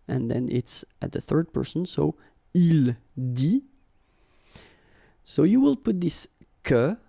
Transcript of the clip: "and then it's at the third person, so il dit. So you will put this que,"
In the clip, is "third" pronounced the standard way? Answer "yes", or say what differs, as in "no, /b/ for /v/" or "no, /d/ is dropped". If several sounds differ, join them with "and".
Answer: yes